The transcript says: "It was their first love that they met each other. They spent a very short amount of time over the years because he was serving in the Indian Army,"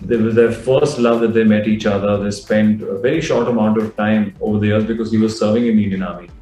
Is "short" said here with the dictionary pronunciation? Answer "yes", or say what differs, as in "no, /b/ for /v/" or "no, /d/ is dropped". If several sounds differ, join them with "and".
yes